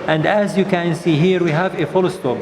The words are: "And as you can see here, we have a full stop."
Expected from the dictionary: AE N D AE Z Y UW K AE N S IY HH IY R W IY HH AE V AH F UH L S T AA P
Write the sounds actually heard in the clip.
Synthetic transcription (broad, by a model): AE N D AE Z Y UW K AE N S IY HH IY R W IY HH AE V AH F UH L S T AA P